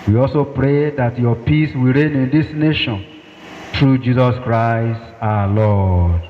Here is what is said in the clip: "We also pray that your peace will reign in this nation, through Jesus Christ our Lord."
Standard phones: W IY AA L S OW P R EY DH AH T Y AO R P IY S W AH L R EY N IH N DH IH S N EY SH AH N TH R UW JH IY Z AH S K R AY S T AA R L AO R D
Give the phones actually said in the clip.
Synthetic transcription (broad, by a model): W IY AA L S OW P R EY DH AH T Y AO P IY S W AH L R EY N IH N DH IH S N EY SH AH N T R UW JH IY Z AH S K R AY S T AA L AO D